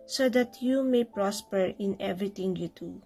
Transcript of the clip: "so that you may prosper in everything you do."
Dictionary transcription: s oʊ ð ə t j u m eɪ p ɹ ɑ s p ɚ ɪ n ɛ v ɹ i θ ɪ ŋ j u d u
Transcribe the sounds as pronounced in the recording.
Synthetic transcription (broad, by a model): s oʊ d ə t j u m eɪ p ɹ ɑ s p ɚ ɪ n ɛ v ɹ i t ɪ ŋ j u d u